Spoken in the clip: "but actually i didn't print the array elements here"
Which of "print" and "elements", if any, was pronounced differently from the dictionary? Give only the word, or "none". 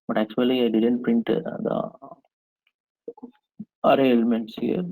none